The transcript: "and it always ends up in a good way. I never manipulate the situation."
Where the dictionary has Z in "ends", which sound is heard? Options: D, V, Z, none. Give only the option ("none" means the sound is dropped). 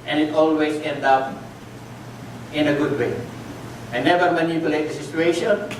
none